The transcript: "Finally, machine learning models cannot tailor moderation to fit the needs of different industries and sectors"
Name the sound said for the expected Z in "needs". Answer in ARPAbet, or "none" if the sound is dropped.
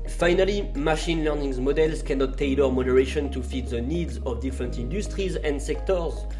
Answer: Z